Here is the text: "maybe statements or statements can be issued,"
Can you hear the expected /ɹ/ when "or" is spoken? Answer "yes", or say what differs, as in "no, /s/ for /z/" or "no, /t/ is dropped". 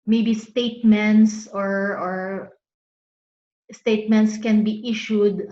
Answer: yes